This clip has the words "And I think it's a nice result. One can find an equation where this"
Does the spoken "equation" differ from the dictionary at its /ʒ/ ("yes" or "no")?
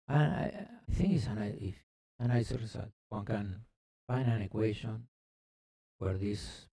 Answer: yes